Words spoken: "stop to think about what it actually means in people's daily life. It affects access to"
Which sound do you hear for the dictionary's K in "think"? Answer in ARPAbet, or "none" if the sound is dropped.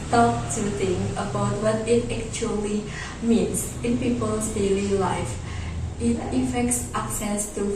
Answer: none